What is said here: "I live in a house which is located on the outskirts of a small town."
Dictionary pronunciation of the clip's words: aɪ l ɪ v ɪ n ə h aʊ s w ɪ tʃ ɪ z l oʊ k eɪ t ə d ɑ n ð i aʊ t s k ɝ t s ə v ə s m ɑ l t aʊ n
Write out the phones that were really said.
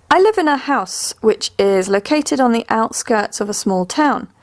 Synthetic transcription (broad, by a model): aɪ l ɪ v ɪ n ə h aʊ s w ɪ tʃ ɪ z l oʊ k eɪ t ə d n ð i aʊ t s k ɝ t s ə v ə s m ɑ l t aʊ n